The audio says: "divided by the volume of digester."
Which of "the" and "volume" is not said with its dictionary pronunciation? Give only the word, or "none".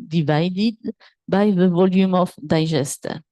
none